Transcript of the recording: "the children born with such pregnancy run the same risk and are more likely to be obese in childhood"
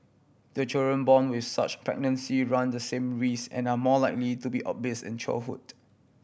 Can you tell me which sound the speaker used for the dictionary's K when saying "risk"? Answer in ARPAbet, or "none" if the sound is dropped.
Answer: none